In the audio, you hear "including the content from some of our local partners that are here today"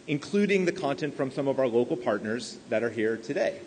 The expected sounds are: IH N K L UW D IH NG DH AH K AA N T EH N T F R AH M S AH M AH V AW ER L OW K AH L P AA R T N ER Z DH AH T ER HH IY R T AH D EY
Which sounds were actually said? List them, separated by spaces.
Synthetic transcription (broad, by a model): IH N K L UW D IH NG DH AH K AA N T EH N T F R AH M S AH M AH V AW ER L OW K L P AA R T N ER Z DH AH T ER HH IY R T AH D EY